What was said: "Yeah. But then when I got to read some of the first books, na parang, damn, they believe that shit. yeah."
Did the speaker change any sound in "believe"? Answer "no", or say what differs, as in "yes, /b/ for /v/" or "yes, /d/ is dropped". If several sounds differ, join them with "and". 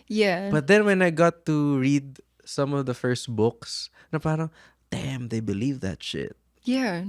no